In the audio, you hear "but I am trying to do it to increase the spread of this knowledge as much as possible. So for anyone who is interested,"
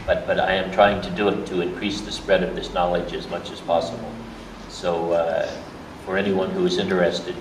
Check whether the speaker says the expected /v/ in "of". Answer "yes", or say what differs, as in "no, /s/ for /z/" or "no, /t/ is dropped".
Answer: yes